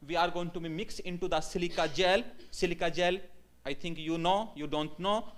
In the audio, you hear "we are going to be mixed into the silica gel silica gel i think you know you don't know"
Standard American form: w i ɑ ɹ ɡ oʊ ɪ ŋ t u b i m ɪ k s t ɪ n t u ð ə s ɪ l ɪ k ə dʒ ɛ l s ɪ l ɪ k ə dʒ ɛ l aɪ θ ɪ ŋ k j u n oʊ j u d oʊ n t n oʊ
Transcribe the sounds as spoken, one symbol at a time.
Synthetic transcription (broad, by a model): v i ɑ ɹ ɡ oʊ ɪ ŋ t u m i m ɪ k s ɪ n t u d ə s ɪ l ɪ k ə dʒ ɛ l s ɪ l ɪ k ə dʒ ɛ l aɪ t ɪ ŋ k j u n oʊ j u d oʊ n t n oʊ